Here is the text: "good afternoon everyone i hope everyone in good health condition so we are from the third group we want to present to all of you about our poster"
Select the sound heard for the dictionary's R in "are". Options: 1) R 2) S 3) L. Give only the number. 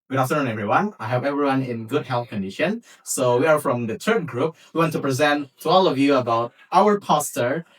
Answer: 1